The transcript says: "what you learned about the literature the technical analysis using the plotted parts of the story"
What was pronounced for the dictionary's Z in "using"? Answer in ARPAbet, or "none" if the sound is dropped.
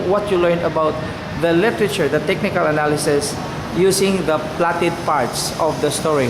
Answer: S